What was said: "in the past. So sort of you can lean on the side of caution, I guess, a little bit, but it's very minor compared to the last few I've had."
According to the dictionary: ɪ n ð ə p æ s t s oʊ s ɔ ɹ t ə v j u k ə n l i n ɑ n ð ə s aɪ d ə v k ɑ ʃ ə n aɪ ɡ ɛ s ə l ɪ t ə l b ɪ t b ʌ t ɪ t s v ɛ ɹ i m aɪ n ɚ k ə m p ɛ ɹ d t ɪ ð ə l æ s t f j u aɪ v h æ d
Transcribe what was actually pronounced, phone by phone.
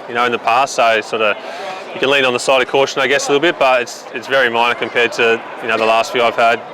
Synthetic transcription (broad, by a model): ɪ n ð ə p æ s t s oʊ s ɔ ɹ t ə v j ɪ k ə n l i n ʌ n ð ə s aɪ d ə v k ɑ ʃ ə n aɪ ɡ ɛ s ə l ɪ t l b ɪ t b ʌ t ɪ t s v ɛ ɹ i m aɪ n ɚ k ə m p ɛ ɹ d t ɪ ð ə l æ s t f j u aɪ v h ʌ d